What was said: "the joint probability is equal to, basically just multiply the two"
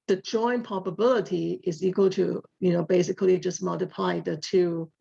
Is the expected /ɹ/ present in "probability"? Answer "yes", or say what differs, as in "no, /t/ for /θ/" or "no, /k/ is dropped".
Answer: no, /ɹ/ is dropped